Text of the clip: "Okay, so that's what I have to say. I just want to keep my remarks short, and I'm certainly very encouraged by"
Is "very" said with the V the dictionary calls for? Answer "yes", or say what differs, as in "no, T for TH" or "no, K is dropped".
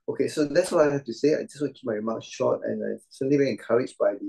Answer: no, B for V